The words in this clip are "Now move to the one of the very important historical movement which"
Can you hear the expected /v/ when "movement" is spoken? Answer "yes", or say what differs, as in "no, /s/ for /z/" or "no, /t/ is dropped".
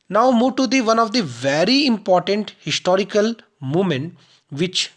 no, /v/ is dropped